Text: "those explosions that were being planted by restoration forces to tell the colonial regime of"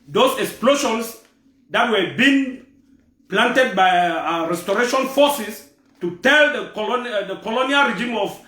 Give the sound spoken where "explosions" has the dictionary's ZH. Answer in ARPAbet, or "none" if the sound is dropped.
SH